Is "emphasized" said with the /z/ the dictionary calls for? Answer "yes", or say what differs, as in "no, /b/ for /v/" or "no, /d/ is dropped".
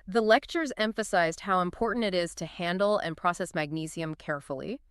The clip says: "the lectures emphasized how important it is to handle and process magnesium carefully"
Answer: yes